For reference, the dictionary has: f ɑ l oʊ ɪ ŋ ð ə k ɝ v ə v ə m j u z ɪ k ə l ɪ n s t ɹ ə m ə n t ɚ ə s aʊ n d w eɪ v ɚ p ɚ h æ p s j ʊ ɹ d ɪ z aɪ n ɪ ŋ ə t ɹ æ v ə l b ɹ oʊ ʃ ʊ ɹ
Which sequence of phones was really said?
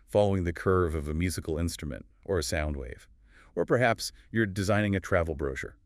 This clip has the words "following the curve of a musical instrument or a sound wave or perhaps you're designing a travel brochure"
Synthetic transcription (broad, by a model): f ɑ l oʊ ɪ ŋ ð ə k ɝ v ə v ə m j u z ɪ k l ɪ n s t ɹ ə m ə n t ɚ ə s aʊ n d w eɪ v ɚ p ɚ h æ p s j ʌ ɹ d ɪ z aɪ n ɪ ŋ ə t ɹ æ v l b ɹ oʊ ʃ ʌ ɹ